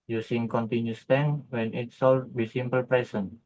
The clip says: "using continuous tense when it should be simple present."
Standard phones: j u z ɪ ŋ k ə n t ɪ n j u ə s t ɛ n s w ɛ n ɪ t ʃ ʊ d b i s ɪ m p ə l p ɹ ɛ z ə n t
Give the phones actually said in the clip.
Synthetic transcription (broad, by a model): j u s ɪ ŋ k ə n t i n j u s t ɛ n w ɛ n ɪ t s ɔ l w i s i m p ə l p ɹ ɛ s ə n